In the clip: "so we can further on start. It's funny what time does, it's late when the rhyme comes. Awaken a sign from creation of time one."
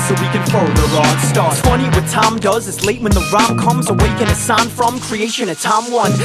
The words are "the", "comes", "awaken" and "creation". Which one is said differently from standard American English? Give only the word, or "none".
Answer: none